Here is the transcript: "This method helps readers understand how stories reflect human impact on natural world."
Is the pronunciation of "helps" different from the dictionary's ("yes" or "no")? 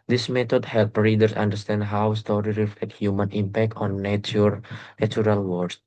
yes